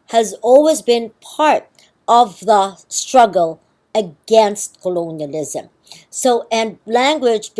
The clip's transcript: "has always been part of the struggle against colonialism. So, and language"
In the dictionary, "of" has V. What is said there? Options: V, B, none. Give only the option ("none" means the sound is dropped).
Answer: V